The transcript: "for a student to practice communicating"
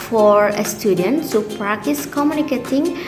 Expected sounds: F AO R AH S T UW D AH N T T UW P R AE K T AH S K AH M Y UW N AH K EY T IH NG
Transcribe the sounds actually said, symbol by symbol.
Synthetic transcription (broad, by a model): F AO R AH S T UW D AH N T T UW P R AE K T AH S K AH M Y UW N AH K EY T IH NG